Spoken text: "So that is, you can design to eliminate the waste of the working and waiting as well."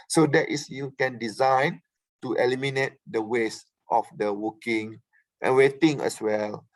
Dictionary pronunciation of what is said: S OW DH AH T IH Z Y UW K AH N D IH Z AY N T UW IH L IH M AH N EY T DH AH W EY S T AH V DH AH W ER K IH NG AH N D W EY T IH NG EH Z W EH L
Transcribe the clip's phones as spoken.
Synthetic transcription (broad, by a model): S OW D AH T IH S Y UW K AH N D IH Z AY N T UW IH L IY M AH N EY T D AH W EY S T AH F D AH W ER K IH NG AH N W EY T IH NG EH S W EH L